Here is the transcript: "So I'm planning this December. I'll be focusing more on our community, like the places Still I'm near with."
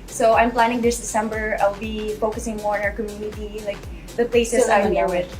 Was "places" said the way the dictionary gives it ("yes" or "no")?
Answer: no